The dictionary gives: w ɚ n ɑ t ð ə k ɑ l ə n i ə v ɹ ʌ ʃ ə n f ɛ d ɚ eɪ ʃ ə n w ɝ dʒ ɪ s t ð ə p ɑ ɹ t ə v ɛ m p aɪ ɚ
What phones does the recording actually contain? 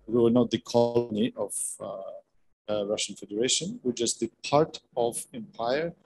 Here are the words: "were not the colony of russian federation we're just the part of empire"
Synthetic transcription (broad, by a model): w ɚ n ɑ t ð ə k ɑ l ə n i ə v ɹ ʌ ʃ ə n f ɛ d ɚ eɪ ʃ ə n w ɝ tʃ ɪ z ð ə p ɑ ɹ t ə v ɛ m p aɪ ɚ